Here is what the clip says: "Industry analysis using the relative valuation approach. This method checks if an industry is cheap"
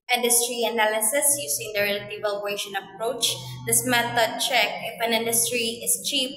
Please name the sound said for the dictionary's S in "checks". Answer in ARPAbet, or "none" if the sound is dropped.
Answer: none